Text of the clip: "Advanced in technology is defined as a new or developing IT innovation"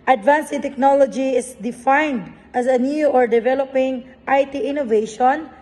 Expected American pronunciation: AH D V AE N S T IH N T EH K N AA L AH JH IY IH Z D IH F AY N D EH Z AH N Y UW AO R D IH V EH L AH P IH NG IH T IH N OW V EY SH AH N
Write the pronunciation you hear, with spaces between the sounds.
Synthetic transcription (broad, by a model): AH D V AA N S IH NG T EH K N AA L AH JH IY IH S D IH F AY N D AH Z AH N Y UW AO R D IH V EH L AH P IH NG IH T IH N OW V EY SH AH N